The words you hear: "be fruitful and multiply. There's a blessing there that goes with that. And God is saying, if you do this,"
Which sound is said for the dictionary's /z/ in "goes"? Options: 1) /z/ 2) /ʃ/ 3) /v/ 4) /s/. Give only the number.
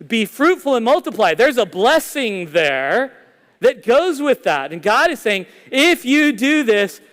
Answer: 1